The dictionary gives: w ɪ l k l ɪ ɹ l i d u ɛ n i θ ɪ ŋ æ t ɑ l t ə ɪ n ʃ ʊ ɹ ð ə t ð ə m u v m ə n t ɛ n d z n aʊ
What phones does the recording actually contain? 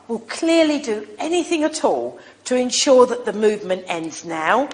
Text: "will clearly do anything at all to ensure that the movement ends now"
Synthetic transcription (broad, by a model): w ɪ l k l ɪ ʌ l i d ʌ ɛ n i θ ɪ ŋ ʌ t ɑ l t ə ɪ n ʃ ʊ ð ə t ð ə m u v m ə n t ɛ n d z n aʊ